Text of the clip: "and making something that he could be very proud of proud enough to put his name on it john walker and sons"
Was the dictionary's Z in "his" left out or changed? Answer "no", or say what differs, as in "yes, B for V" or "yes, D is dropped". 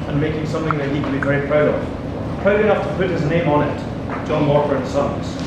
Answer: no